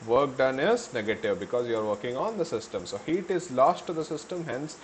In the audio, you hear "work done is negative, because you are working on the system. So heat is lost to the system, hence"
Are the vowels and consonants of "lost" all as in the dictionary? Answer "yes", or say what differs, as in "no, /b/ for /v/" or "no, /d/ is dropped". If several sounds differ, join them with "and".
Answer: yes